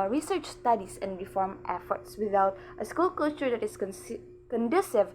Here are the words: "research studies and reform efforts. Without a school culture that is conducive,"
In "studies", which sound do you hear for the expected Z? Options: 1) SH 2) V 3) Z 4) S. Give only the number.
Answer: 4